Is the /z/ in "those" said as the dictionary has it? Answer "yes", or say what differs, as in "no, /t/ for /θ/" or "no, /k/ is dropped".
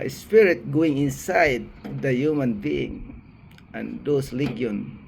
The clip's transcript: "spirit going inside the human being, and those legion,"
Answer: no, /s/ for /z/